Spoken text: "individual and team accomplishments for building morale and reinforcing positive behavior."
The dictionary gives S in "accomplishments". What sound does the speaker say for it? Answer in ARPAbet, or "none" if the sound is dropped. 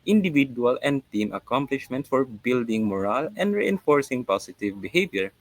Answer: none